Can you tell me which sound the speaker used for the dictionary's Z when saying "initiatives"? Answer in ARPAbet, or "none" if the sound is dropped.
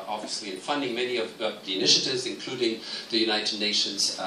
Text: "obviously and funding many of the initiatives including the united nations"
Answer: Z